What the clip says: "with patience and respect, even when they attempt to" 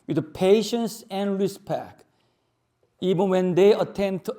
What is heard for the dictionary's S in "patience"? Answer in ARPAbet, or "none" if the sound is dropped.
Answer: S